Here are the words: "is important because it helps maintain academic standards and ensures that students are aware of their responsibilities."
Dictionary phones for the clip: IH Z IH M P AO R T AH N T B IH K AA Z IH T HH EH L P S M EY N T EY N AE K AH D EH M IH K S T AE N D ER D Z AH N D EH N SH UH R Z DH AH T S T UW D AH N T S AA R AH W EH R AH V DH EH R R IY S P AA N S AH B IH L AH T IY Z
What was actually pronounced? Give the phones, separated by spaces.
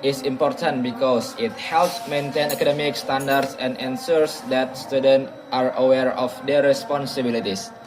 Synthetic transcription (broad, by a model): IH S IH M P AO R T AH N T B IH K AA S IH T HH EH L P S M EY N T EY N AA K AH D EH M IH K S T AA N D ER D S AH N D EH N S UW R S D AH T S T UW D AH N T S AA R AH W EH R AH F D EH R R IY S P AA N S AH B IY L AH T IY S